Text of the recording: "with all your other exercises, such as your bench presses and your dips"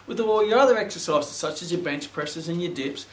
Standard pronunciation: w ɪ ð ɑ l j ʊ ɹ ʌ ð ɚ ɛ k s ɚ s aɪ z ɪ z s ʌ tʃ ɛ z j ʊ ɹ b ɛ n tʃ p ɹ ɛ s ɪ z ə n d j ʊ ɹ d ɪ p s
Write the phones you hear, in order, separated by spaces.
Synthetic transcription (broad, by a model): w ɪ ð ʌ w j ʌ ɹ ʌ ð ɚ ɛ k s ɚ s aɪ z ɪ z s ʌ tʃ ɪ z j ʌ ɹ b ɛ n tʃ p ɹ ɛ s ɪ z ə n j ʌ ɹ d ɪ p s